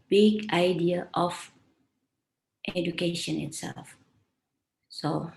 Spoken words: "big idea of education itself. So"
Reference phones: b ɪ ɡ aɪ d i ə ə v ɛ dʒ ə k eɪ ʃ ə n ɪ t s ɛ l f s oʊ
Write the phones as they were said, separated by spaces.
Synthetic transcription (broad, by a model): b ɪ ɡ aɪ d i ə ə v ɛ dʒ ə k eɪ ʃ ə n ɪ t s ɛ l f s oʊ